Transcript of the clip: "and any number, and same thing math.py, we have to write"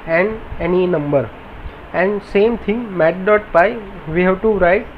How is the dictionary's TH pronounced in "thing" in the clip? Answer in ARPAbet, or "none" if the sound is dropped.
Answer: T